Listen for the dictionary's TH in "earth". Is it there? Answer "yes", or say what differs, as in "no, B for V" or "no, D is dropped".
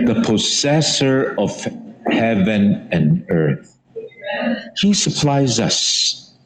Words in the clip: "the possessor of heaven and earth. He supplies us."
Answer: yes